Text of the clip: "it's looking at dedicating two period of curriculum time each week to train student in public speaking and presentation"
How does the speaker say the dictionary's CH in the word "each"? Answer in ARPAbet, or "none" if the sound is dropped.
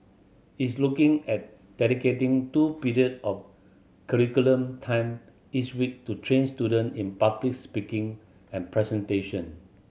S